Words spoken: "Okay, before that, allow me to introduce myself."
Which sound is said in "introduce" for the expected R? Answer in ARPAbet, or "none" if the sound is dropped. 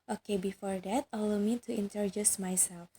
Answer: none